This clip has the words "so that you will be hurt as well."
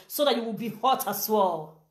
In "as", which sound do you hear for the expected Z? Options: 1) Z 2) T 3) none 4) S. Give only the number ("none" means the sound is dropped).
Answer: 4